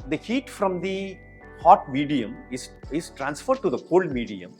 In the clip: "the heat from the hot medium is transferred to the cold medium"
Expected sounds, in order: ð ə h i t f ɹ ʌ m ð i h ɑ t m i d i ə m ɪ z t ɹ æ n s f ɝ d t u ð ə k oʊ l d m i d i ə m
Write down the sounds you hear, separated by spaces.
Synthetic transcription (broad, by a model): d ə h i t f ɹ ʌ m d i h ɑ t m i d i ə m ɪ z t ɹ æ n s f ɝ d t u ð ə k oʊ l d m i d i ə m